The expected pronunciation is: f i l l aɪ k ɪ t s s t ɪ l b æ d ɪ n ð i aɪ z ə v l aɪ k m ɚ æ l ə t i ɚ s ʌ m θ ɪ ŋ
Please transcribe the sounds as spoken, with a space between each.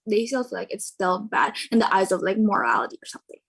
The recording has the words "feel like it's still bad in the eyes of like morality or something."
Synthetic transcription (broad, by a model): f i l l aɪ k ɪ t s s t ɪ l b æ d ɪ n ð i aɪ z ə v l aɪ k m ɚ æ l ə t i ɚ s ʌ m θ ɪ ŋ